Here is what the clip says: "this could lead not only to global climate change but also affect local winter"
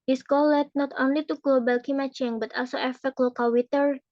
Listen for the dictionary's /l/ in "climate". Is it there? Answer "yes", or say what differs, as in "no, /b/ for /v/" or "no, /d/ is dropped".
no, /l/ is dropped